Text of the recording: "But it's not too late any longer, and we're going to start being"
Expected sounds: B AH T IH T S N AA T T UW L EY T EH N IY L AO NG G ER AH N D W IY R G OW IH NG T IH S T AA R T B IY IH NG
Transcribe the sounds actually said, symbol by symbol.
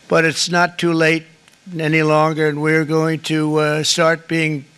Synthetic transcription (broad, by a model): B AH T IH T S N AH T T UW L EY T EH N IY L AO NG G ER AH N W IY R G OW IH NG T IH S T AA R T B IY IH NG